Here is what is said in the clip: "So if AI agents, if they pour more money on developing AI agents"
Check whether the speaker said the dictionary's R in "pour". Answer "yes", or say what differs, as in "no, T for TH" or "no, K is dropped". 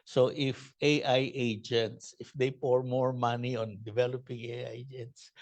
yes